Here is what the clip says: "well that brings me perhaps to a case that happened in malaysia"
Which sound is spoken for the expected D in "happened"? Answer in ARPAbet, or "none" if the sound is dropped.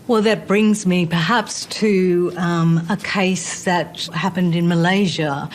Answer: D